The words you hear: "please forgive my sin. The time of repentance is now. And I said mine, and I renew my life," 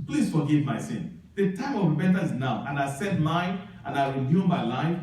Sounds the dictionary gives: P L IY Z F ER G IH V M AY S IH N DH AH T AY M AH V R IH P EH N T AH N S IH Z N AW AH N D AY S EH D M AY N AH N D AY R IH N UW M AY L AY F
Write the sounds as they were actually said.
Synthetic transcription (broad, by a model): P L IY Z F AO G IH V M AY S IH N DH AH T AY M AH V R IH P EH N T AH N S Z N AW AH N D AY S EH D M AY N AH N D AY W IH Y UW M AY L AY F